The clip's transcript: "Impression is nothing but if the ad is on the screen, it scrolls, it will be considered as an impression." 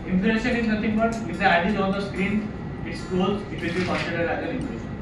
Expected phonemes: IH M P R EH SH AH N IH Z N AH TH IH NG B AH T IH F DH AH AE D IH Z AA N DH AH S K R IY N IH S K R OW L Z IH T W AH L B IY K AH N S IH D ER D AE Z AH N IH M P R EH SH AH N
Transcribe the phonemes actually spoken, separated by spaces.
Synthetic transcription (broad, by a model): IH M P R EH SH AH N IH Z N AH T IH NG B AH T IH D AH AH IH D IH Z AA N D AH S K R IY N IH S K OW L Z IH T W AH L B IY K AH N S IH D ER D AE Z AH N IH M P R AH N